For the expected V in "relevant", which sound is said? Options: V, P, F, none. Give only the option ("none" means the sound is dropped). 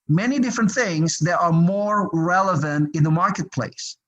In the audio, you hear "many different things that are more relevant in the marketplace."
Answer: V